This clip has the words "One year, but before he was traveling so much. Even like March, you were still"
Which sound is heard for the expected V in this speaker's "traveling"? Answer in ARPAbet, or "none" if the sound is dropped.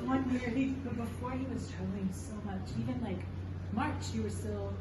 none